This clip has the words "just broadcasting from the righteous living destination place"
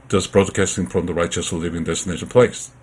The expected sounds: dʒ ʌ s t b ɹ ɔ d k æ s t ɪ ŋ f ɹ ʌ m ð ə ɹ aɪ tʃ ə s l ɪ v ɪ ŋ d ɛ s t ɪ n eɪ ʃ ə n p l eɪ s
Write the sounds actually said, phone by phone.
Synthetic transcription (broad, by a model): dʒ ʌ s b ɹ ɔ d k æ s t ɪ ŋ f ɹ ʌ m ð ə ɹ aɪ tʃ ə s l ɪ v ɪ ŋ d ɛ s t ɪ n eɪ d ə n p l eɪ s